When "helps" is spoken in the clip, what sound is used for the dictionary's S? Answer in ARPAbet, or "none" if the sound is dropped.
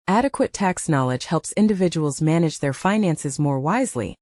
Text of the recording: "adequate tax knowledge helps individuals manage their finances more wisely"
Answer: S